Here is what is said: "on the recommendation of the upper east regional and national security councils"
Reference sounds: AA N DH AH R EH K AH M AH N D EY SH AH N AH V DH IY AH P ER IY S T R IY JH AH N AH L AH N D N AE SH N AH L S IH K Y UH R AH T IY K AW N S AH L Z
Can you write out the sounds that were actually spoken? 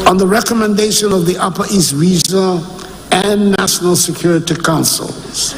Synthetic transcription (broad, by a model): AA N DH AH R EH K AH M AH N D EY SH AH N AH V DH IY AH P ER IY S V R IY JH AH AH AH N N AE SH N AH L S IH K Y UH R AH T IY K AW N S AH L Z